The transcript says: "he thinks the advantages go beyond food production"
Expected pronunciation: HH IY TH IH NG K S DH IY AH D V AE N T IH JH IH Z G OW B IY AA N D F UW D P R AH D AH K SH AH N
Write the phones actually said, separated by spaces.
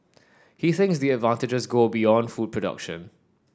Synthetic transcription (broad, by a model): HH IY TH IH NG K S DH IY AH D V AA N T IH JH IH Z G OW B IY AA N D F UW D P R AH D AH K SH AH N